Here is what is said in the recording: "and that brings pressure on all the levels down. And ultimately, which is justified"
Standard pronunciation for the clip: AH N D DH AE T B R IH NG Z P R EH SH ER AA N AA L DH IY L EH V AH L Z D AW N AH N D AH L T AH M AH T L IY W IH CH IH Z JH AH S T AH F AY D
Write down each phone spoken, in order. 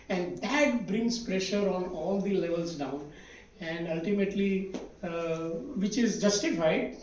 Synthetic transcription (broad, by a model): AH N D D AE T B R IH NG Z P R EH SH ER AA N AA L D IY L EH V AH L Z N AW AH N D AH L T AH M AH T L IY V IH CH IH Z JH AH S T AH F AY D